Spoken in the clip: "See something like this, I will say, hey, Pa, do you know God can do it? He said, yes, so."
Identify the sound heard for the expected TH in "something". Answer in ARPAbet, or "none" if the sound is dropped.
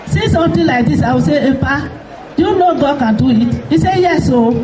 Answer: T